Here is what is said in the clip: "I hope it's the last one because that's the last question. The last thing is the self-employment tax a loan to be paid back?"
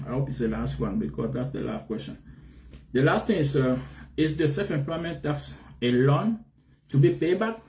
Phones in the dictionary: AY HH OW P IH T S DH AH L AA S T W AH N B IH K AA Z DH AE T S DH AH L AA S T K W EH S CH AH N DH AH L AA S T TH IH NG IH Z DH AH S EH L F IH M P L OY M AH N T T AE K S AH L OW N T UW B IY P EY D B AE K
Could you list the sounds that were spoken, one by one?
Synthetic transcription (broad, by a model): AY HH OW P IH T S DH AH L AA S T W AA N B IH K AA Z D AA T S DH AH L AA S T K W EH S CH AH N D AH L AA S T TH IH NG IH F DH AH S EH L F IH M P L OY M AH N T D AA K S AH L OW N T UW B IY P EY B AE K